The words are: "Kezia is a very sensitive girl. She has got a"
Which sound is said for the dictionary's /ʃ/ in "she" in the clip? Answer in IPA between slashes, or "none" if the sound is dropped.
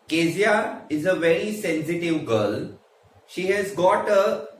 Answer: /ʃ/